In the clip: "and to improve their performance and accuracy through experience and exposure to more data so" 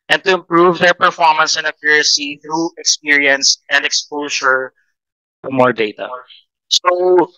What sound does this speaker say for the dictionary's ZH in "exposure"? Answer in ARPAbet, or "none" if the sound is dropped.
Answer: S